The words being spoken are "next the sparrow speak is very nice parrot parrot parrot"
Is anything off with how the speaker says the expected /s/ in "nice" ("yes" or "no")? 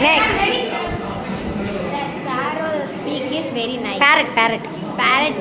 yes